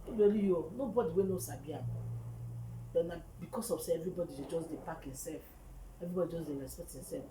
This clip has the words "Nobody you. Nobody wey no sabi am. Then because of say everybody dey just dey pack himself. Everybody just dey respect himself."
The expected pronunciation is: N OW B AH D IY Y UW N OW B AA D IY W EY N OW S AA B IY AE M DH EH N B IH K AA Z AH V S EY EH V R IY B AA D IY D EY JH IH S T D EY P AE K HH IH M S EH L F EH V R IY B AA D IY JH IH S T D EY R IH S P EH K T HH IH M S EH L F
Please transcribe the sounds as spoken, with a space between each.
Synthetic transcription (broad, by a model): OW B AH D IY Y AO N OW B AA D IY W EY N OW S AA B IY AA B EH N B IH K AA S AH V S EY EH V R IY B AA D IY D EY JH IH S D EY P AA K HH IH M S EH L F EH V R IY B AA D IY JH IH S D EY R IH S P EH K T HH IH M S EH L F